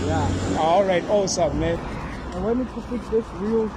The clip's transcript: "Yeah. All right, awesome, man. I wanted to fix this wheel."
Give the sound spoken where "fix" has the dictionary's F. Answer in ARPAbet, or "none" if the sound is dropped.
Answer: P